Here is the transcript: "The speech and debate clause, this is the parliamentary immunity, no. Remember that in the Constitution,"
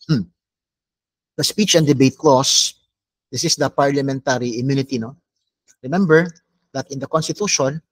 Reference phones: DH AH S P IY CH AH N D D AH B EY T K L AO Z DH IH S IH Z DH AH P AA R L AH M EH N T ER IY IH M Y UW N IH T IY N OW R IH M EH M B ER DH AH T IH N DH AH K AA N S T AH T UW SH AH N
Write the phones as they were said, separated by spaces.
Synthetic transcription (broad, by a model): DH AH S P IY CH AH N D D AH B EY T K L AO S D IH S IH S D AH P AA R L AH M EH N T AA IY IH M Y UW N IH T IY N OW R IH M EH M B ER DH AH T IH N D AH K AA N S T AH T UW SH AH N